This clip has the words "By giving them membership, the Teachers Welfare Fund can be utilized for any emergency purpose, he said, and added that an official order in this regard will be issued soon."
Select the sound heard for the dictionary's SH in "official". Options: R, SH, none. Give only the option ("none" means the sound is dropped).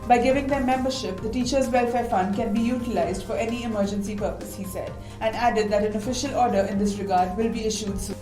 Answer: SH